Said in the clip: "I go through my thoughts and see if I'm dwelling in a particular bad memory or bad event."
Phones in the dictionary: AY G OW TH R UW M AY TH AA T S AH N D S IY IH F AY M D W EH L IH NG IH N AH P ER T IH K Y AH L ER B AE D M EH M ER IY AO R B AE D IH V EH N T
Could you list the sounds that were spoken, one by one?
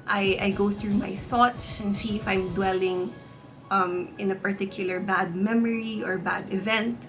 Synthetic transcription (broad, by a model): AY G OW TH R UW M AY TH AA T S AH N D S IY IH F AY M D W EH L IH NG IH N AH P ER T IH K Y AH L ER B AE D M EH M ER IY AO R B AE D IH V EH N T